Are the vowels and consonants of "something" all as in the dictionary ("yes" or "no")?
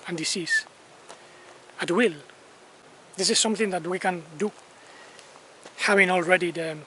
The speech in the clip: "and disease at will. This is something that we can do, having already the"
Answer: yes